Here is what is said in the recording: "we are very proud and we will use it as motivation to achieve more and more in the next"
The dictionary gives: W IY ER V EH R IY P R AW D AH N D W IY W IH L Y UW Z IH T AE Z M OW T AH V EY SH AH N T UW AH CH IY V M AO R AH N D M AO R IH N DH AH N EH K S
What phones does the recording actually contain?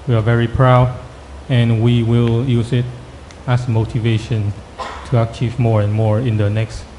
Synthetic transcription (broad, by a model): W IY ER V EH R IY P R AW D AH N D W IY W IH L Y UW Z IH T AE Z M OW T AH V EY SH AH N T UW AH CH IY V M AO R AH N M AO R IH N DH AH N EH K S